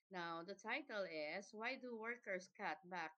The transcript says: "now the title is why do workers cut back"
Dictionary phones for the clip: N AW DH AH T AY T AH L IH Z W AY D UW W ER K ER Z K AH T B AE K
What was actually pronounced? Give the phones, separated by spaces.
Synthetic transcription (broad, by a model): N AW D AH T AY T AH L IH S W AY D UW W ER K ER S K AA T B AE K